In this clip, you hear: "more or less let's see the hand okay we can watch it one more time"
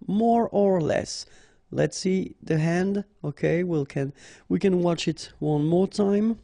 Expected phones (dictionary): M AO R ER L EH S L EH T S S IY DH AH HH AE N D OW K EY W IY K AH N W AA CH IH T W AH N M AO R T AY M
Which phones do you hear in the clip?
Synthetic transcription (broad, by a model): M AO R ER L EH S L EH T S S IY DH AH HH AE N D OW K EY W IY K AH N W AA CH IH T W AH N M AO R T AY M